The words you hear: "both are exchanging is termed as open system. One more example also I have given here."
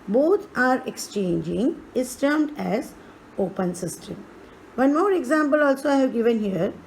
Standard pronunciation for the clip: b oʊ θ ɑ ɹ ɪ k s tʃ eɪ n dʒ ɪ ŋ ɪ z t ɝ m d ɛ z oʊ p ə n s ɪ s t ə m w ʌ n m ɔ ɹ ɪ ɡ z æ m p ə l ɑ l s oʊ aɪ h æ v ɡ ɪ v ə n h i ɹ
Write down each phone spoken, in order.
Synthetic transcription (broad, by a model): b oʊ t ɑ ɹ ɪ k s tʃ eɪ n dʒ ɪ ŋ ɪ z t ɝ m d ɛ z oʊ p ə n s ɪ s t ə m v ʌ n m ɔ ɹ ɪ ɡ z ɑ m p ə l ɑ l s oʊ aɪ h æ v ɡ ɪ v ə n h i ɹ